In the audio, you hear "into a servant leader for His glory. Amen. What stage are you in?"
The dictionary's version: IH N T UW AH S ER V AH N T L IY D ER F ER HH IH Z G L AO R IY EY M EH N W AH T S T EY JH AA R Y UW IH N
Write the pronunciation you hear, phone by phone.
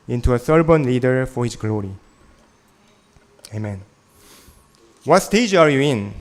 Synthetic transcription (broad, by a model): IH N T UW AH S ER B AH N L IY D ER F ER HH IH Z G L AO R IY EY M EH N W AH T S T EY JH AA R Y UW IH N